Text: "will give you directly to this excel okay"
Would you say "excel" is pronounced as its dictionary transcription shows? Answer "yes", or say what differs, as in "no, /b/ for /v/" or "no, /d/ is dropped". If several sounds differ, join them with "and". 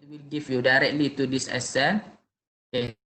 no, /k/ is dropped